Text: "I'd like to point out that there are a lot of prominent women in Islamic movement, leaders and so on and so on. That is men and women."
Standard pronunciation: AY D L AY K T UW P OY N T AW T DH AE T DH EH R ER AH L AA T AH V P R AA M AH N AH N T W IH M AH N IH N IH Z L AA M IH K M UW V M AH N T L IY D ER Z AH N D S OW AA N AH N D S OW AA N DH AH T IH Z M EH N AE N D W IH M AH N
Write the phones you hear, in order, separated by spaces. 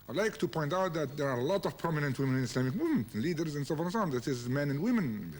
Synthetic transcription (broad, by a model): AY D L AY K T UW P OY N T AW T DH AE T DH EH R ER AH L AA T AH V P R AA M AH N AH N T W IH M AH N IH N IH S L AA M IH K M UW M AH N L IY D ER Z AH N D S OW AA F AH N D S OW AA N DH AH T IH Z M EH N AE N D W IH M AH N